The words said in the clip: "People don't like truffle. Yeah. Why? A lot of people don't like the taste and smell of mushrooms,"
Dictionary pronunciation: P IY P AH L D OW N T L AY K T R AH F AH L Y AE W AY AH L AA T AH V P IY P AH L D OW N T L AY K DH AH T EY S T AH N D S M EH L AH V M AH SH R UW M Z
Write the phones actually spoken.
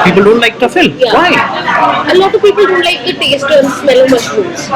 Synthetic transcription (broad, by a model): P IY P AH L D OW N T L AY K T AH F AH L Y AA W AY AH L AA T AH V P IY P AH L D OW N T L AY K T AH T EY S T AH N S M EH L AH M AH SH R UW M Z